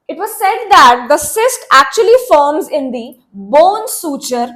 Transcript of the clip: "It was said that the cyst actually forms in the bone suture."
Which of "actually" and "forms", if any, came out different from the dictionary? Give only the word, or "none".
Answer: none